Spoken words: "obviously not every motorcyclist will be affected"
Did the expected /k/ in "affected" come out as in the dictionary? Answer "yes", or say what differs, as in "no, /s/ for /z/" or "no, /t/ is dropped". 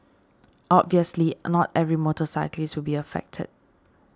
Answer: yes